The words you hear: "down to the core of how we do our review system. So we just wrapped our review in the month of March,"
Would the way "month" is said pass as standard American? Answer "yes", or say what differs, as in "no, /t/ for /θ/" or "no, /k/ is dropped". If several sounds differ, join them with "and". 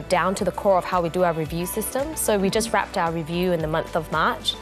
yes